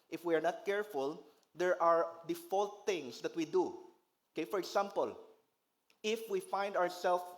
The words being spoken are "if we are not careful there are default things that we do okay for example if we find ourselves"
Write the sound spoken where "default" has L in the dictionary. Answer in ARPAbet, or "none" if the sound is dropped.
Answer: L